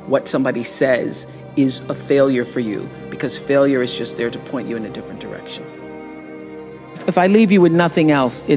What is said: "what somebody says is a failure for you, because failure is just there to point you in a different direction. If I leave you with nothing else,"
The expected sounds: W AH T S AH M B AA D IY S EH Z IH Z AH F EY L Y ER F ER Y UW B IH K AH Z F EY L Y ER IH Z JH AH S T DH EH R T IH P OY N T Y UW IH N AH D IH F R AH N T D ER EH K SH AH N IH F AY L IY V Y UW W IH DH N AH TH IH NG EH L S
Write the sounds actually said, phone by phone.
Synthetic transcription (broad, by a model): W AH T S AH M B AA D IY S EH Z IH Z AH F EY L Y ER F ER Y UW B IH K AH Z F EY L Y ER IH Z JH AH S T DH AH R T IH P OY N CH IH IH N AH D IH F R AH N D ER EH K SH AH N IH F AY L IY V Y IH W IH DH N AH TH IH NG EH L S